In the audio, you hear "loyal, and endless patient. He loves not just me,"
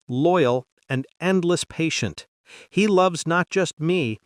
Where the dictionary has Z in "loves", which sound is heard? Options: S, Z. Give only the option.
Z